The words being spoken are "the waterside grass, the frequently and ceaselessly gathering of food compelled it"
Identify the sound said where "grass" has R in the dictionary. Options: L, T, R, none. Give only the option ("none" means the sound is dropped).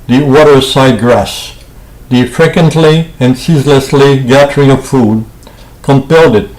R